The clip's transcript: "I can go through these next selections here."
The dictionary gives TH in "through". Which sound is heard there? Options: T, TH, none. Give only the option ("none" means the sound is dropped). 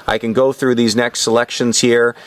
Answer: TH